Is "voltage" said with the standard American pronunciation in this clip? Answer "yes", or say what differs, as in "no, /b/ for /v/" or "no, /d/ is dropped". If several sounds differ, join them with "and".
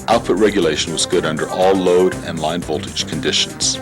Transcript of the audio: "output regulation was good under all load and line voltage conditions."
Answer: yes